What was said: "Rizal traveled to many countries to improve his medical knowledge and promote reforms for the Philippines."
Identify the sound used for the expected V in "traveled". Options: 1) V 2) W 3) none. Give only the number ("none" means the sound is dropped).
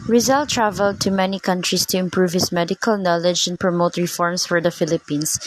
1